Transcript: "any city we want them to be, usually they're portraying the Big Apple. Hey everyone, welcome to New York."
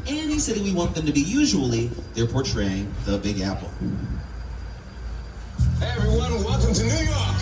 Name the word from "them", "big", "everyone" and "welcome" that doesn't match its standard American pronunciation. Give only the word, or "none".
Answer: welcome